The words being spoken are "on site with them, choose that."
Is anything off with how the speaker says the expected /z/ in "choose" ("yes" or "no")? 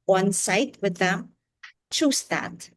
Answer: yes